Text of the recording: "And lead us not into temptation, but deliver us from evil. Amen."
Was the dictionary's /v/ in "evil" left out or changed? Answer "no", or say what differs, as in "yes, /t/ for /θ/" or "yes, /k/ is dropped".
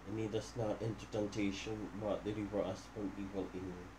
yes, /p/ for /v/